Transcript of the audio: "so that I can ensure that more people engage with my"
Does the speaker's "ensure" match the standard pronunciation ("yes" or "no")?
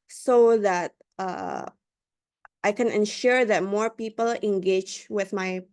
yes